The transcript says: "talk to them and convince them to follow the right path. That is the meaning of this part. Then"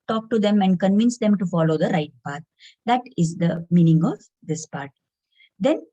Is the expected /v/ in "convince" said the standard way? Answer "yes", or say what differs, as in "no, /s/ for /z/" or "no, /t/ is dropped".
yes